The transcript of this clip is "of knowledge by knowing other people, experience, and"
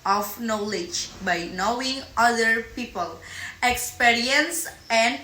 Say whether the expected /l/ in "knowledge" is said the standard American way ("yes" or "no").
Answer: yes